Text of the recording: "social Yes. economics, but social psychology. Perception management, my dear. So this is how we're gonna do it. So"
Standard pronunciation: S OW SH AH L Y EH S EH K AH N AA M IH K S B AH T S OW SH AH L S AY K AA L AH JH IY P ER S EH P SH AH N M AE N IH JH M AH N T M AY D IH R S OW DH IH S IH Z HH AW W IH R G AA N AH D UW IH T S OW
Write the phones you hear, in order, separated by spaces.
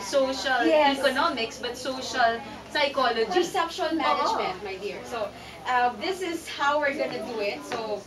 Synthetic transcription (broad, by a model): S OW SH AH L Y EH EH K AH N AA M IH K S B AH T S OW SH AH L S AY K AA L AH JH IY S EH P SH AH L M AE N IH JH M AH N T M AY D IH R S OW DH IH S IH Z HH AW W IH R G AA N AH D UW IH T S OW